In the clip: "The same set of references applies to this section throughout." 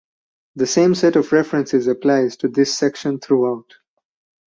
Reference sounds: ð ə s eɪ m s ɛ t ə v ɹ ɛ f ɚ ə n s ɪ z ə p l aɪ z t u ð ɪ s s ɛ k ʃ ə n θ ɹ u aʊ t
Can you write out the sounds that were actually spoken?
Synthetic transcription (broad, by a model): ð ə s eɪ m s ɛ t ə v ɹ ɛ f ɚ ə n s ɪ z ə p l aɪ z t u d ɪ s s ɛ k ʃ ə n t ɹ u aʊ t